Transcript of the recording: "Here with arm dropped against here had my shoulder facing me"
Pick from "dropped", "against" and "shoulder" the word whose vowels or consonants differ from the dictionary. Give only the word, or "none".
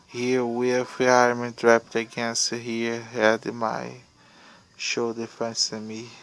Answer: shoulder